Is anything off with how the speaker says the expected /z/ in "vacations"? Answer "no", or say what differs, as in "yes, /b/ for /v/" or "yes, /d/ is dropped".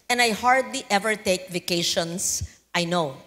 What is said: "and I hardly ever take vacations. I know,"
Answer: yes, /s/ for /z/